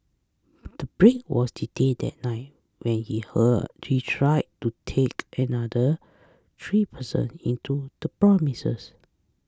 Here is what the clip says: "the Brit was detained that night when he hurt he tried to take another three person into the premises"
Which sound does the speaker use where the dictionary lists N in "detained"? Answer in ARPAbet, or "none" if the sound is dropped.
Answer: none